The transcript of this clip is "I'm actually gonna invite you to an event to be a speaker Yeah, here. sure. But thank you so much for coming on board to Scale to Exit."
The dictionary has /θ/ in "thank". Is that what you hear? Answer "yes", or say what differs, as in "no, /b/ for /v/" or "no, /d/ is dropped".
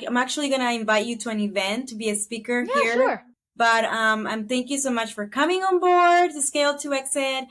yes